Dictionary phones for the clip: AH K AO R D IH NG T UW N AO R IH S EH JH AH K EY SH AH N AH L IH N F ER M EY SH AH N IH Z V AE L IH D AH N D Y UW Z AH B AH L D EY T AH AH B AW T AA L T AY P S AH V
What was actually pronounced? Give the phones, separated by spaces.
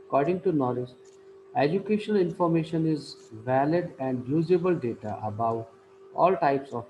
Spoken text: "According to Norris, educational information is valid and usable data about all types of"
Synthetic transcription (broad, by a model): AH K AO R D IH NG T UW N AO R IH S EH JH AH K EY SH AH N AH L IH N F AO M EY SH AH N IH Z V AE L IH D AH N D Y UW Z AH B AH L D EY T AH AH B AW T AA L T AY P S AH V